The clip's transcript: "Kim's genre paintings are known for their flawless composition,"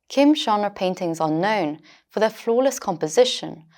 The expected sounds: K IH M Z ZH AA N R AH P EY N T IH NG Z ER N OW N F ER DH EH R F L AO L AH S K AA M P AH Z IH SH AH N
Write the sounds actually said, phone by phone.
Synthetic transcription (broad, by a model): K IH M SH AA N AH P EY N T IH NG Z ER N OW N F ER DH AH F L AO L AH S K AA M P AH Z IH SH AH N